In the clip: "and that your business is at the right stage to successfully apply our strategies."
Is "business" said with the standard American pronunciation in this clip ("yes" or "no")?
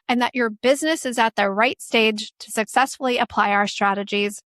yes